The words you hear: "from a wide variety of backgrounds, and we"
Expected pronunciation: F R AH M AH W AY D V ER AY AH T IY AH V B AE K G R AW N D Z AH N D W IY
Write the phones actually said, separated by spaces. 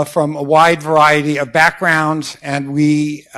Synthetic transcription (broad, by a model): F R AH M AH W AY D V ER AY AH T IY AH V B AE K G R AW N D Z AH N W IY